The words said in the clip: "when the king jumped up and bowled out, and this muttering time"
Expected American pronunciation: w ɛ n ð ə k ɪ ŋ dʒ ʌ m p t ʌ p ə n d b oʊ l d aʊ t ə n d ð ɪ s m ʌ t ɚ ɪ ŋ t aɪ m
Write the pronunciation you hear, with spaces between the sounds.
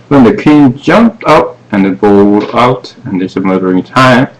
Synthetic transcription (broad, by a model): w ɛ n ð ə k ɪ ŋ dʒ ʌ m p t ʌ p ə n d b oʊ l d aʊ t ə n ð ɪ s m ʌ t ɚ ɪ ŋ t aɪ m